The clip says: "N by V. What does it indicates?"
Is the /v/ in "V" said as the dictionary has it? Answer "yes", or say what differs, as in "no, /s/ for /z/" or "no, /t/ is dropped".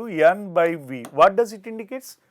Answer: yes